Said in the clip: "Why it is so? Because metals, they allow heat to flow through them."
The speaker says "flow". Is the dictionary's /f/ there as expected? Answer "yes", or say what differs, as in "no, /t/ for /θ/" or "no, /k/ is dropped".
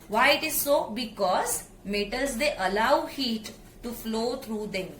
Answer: yes